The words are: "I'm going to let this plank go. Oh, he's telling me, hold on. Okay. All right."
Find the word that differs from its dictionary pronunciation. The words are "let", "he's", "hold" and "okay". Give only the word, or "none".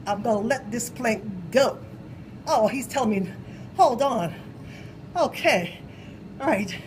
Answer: none